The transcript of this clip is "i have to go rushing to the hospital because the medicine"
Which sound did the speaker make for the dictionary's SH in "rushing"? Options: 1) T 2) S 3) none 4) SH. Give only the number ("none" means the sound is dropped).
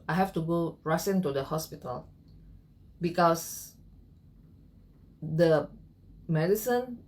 2